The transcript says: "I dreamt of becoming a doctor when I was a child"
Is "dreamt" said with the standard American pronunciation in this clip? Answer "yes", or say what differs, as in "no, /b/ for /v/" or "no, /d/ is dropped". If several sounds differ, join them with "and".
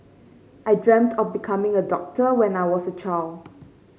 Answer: yes